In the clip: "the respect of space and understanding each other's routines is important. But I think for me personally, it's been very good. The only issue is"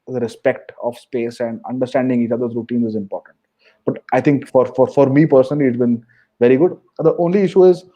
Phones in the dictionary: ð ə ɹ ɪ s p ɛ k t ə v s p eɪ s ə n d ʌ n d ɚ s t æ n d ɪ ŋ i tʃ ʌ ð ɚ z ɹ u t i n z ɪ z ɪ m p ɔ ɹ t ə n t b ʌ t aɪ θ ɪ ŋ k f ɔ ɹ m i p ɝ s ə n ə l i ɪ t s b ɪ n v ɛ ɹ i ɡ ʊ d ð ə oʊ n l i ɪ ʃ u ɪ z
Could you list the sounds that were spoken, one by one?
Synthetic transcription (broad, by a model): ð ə ɹ ɪ s p ɛ k t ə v s p eɪ s ə n d ʌ n d ɚ s t æ n d ɪ ŋ i tʃ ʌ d ɚ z ɹ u t i n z ɪ z ɪ m p ɔ ɹ t ə n t b ʌ t aɪ t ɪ ŋ k f ɔ ɹ m i p ɝ s ə n ə l i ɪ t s b ɪ n v ɛ ɹ i ɡ ʊ d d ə oʊ n l i ɪ ʃ u ɪ z